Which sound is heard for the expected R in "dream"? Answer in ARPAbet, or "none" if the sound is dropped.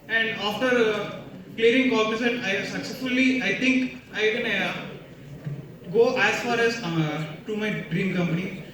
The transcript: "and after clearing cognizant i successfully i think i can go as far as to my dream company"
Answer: R